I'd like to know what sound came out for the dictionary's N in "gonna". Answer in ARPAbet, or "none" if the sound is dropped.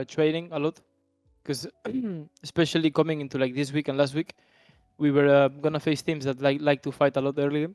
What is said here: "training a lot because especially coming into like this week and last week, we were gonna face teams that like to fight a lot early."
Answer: N